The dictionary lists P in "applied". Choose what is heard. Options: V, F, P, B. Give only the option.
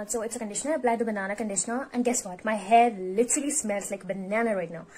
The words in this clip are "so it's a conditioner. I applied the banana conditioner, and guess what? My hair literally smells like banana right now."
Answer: B